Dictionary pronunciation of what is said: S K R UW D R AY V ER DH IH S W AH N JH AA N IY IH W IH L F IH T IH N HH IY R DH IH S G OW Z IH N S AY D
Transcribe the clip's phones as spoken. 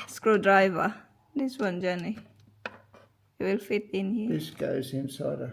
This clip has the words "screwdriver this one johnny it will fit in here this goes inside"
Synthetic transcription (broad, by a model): S K R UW D R AY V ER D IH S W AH N JH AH N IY IH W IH L F IH T IH N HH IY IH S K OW S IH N S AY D